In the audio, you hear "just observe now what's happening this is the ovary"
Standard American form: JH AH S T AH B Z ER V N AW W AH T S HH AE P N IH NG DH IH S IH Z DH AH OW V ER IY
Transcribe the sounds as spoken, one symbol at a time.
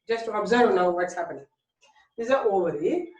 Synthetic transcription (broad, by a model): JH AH S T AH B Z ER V N AW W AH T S HH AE P IH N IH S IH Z OW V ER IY